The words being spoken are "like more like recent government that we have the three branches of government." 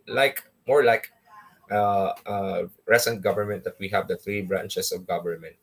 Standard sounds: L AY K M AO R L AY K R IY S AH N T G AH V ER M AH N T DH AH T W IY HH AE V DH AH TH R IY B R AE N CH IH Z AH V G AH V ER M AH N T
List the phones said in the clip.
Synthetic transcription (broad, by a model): L AY K M AO R L AY K R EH S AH N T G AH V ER M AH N T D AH T W IY HH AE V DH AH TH R IY B R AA N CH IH S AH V G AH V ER M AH N T